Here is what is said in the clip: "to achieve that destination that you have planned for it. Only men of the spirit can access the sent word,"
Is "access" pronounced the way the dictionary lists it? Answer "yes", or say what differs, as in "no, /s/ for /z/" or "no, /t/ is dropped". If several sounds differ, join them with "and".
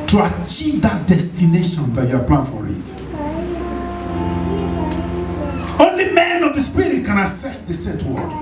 no, /k/ is dropped